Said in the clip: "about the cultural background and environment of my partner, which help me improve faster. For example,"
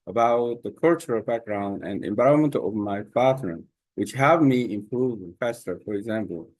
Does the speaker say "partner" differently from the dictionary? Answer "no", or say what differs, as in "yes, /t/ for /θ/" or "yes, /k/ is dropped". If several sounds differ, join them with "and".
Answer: yes, /f/ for /p/